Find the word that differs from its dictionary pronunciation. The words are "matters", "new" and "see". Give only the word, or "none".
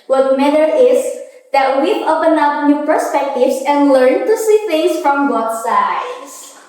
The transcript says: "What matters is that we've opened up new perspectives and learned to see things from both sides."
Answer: matters